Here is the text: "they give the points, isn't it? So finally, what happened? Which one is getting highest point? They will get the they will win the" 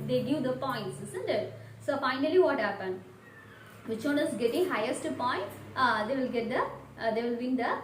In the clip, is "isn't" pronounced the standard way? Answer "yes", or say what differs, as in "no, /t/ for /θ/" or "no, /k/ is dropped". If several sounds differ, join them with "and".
no, /s/ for /z/